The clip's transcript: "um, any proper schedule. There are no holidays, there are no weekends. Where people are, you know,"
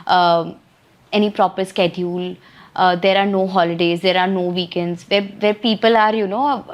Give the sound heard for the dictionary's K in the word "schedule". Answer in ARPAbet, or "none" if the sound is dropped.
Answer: K